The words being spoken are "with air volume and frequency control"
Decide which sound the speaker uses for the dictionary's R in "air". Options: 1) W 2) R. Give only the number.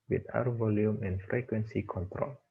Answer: 1